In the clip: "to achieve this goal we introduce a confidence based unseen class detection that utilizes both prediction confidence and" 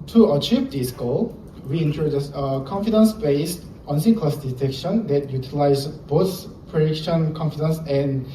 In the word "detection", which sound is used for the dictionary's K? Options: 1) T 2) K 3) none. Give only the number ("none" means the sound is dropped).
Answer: 2